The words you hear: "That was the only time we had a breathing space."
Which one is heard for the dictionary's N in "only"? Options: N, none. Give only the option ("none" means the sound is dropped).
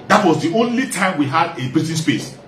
N